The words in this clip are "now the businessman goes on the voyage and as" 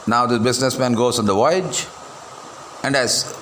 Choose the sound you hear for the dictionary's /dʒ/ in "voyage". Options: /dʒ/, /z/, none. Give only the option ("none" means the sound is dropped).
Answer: /dʒ/